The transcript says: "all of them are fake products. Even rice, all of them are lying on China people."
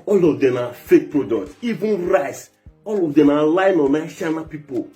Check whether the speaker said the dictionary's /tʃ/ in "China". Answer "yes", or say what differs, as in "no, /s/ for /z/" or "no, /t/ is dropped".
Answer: no, /ʃ/ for /tʃ/